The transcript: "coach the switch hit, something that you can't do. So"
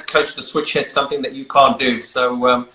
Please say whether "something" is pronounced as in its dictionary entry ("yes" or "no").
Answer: yes